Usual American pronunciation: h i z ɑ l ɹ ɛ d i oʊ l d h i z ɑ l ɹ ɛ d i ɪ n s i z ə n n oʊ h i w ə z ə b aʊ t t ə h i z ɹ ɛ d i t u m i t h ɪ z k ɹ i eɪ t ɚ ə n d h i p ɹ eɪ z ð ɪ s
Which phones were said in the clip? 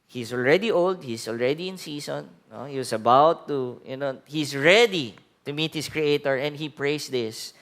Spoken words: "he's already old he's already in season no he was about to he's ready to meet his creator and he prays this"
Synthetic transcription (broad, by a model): h i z ɑ l ɹ ɛ d i oʊ l d h i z ɑ l ɹ ɛ d i ɪ n s i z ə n n oʊ h i w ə s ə b aʊ t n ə h i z ɹ ɛ d i t u m i t h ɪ s k ɹ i eɪ t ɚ ə n d h i p ɹ eɪ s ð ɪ s